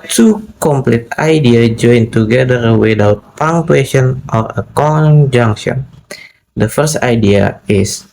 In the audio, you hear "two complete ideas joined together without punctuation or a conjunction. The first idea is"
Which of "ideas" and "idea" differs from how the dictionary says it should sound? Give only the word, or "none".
ideas